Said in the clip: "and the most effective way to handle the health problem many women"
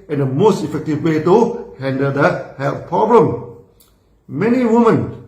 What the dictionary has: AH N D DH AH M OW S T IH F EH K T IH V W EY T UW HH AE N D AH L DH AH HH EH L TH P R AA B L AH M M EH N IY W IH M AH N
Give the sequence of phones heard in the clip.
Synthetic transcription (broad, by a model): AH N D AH M OW S T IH F EH K T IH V W EY T UW HH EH N D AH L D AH HH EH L F P R AA B L AH M M EH N IY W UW M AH N